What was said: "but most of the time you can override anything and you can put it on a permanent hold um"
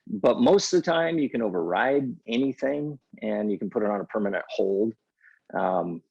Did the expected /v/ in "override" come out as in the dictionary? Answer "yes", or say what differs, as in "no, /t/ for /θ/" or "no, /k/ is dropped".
yes